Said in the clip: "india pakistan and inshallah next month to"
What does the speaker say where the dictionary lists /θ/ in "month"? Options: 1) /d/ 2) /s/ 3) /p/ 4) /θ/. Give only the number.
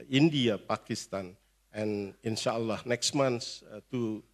2